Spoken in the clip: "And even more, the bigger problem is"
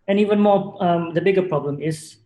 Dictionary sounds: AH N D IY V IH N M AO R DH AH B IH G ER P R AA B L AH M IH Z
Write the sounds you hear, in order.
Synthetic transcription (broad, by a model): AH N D IY V IH N M AO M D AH B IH G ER P R AA B L AH M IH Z